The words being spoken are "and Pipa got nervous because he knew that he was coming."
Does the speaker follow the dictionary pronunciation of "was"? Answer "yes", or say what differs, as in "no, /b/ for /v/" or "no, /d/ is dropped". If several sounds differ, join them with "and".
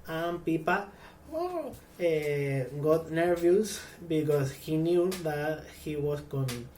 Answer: no, /s/ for /z/